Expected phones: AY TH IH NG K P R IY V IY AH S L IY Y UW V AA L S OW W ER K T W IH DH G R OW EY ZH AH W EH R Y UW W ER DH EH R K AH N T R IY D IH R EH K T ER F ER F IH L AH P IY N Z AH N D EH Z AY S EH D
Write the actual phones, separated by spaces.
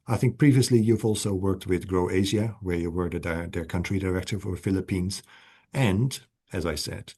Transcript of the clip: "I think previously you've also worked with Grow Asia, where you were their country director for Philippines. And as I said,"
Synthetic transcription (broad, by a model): AY TH IH NG K P R IY V IY AH S L IY Y UW V AA L S OW W ER K T W IH DH G R OW EY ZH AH W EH R Y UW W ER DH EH R K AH N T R IY D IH R EH K T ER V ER F IH L AH P IY N Z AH N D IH Z AY S EH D